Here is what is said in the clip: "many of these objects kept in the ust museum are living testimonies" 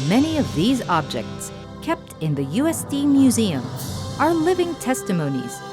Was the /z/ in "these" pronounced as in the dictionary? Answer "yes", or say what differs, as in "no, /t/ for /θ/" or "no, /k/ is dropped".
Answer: yes